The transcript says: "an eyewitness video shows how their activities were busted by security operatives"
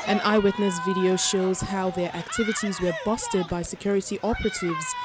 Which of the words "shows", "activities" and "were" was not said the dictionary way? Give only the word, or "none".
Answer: none